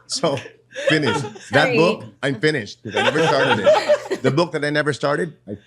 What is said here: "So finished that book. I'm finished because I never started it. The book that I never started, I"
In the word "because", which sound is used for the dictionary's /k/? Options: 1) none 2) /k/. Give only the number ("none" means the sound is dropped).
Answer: 1